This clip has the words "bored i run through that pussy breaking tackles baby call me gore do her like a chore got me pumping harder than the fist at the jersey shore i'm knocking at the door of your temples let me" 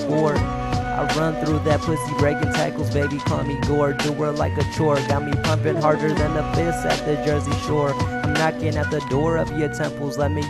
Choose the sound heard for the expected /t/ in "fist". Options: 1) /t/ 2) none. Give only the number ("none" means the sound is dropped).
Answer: 2